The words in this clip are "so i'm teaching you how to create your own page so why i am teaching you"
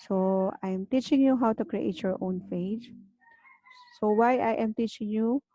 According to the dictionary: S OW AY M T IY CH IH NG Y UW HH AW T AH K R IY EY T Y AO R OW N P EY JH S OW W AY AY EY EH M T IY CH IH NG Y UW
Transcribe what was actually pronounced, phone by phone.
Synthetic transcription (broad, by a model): S OW AY M T IY CH IH NG Y UW HH AW T AH K R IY EY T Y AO R OW N F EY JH S OW W AY AY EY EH M T IY CH IH NG Y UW